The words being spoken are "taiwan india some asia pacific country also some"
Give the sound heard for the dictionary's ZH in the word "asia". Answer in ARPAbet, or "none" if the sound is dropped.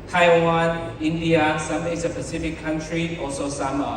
S